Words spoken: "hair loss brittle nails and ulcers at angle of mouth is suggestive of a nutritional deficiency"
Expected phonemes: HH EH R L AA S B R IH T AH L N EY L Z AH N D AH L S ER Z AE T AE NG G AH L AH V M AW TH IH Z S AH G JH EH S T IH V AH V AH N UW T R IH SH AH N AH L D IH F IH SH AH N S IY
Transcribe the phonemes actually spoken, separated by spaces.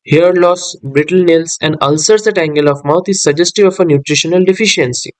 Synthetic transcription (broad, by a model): HH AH R L AA S B R IH T AH L N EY L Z AH N D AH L S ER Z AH T AE NG G AH L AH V M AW T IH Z S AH JH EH S T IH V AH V AH N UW T R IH SH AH N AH L D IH F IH SH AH N S IY